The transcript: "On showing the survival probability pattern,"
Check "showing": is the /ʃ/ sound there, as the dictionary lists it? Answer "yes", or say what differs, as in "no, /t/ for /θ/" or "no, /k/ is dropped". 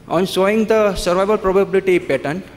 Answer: no, /s/ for /ʃ/